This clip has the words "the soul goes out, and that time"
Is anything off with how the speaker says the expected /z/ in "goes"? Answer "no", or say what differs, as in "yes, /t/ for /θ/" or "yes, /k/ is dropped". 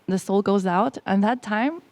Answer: no